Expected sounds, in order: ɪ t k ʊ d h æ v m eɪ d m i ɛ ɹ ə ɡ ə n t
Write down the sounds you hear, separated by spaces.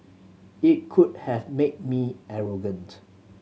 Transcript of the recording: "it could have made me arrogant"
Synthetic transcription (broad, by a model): ɪ t k ʊ d h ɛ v m eɪ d m i ɛ ɹ ə ɡ ə n t